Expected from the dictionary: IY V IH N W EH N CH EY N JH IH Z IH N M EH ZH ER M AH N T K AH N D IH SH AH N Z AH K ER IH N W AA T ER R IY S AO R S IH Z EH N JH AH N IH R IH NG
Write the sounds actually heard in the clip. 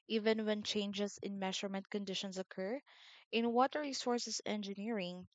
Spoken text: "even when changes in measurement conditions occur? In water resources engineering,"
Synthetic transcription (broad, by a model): IY V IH N W EH N CH EY N JH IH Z IH N M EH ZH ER M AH N T K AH N D IH SH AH N S AH K ER IH N W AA T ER R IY S AO R S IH S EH N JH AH N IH R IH NG